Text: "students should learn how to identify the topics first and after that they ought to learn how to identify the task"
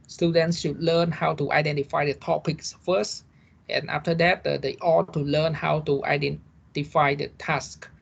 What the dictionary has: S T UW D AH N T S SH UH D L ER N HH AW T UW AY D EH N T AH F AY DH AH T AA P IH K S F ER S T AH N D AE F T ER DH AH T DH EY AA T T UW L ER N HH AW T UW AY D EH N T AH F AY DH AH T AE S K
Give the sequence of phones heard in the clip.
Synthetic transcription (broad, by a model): S T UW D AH N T S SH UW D L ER N HH AW T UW AY D EH N T AH F AY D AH T AA P IH K S F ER S T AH N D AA F T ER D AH T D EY AA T T UW L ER N HH AW T UW AY D EH N T AH F AY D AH T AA S K